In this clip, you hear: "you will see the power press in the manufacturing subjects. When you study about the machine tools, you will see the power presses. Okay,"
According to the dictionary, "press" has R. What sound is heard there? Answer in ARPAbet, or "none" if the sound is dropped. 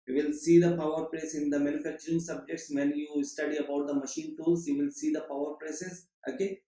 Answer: L